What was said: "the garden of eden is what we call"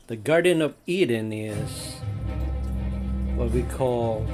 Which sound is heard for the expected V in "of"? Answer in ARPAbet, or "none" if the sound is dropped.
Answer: V